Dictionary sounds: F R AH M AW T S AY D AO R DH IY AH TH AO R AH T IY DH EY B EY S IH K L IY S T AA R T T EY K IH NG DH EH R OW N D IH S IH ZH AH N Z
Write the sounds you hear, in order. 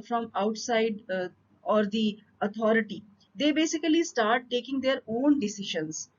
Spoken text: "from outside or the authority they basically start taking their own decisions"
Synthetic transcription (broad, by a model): F R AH M AW T S AY D AO R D IY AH T AO R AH T IY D EY B EY S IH K L IY S T AA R T T EY K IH NG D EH R OW N D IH S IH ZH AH N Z